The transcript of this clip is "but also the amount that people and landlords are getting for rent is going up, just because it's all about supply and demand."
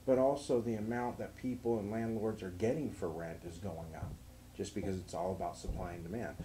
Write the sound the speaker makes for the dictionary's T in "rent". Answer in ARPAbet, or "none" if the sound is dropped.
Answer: T